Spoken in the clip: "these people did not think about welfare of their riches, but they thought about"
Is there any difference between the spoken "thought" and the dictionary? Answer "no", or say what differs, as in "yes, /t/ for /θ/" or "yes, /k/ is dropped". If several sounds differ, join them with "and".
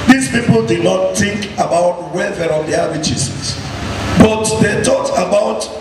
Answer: yes, /t/ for /θ/